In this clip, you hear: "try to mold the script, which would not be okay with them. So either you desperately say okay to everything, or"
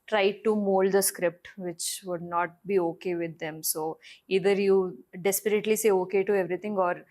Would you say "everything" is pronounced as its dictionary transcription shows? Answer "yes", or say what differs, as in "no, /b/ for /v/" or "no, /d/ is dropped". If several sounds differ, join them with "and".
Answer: no, /t/ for /θ/